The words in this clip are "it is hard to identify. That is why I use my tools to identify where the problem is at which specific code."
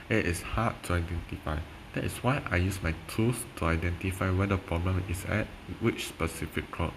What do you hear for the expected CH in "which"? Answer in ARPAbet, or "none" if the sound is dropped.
CH